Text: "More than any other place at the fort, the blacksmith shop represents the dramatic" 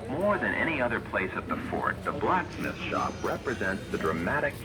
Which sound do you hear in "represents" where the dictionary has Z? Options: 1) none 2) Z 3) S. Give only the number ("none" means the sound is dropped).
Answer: 2